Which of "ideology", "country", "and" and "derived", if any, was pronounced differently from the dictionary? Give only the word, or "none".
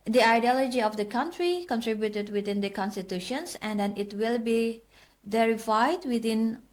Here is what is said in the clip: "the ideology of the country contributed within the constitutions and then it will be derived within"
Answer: derived